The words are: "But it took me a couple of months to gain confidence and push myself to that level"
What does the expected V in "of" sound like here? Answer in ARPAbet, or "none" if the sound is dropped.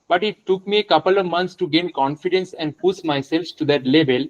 V